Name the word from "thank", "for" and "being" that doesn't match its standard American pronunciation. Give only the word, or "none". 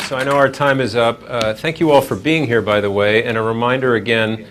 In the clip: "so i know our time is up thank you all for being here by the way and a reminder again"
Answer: none